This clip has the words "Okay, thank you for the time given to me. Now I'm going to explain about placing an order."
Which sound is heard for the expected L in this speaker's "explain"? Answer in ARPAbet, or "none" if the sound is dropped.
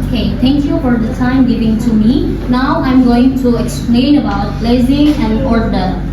L